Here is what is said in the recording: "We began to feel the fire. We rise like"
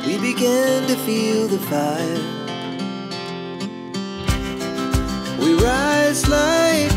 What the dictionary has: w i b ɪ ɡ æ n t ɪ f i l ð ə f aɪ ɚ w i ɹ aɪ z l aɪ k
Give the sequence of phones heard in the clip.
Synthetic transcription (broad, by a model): w i b ɪ ɡ æ n t ɪ f i l ð ə f aɪ ɚ w i ɹ aɪ z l aɪ